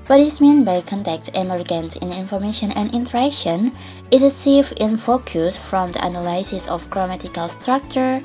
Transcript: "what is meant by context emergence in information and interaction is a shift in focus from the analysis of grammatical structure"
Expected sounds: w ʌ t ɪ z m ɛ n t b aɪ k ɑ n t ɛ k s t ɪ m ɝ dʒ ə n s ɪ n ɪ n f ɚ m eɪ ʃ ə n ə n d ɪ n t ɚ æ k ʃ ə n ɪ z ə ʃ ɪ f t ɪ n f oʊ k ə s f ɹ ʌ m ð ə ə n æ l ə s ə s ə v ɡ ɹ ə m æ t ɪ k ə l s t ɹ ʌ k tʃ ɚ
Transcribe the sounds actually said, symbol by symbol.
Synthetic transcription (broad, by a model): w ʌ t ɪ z m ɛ n b aɪ k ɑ n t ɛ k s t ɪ m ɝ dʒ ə n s ɪ n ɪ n f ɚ m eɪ ʃ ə n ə n ɪ n t ɚ æ k ʃ ə n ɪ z ə s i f ɪ n f oʊ k ə s f ɹ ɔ m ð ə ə n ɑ l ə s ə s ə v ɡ ɹ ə m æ t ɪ k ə l s t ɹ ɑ k tʃ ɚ